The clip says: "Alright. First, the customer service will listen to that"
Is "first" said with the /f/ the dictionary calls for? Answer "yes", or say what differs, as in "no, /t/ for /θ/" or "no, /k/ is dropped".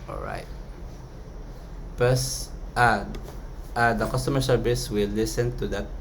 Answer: no, /p/ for /f/